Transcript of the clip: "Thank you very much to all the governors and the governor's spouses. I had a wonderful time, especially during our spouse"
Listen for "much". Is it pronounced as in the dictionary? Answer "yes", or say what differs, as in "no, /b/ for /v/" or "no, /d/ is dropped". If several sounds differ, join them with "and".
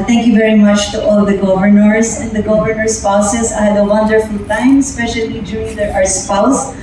yes